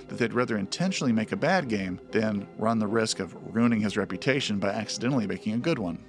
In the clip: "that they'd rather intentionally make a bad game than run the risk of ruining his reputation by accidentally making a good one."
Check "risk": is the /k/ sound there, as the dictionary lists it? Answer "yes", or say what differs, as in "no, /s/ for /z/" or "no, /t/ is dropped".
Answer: yes